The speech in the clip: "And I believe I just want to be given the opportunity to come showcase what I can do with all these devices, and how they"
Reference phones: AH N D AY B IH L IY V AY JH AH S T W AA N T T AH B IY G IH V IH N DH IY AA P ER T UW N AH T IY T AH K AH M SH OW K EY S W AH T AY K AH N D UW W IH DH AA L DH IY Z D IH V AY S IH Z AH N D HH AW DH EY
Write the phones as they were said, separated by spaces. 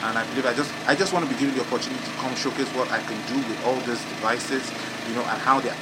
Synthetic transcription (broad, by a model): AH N AY B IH L IY V AY JH AH S T W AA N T T AH B IY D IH IH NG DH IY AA P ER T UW N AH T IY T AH K AH M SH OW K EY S W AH T AY K AH N D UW W IH DH AA L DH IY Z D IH V AY S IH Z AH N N HH AW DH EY